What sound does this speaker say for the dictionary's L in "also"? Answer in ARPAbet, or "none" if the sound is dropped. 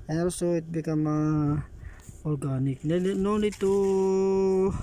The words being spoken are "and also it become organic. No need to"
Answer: none